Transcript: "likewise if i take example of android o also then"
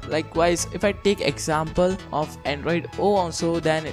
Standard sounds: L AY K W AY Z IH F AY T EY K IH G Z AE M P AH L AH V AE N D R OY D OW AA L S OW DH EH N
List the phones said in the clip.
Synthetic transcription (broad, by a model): L AY K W AY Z IH F AY T EY K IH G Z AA M P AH L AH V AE N D R OY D OW AA L S OW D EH N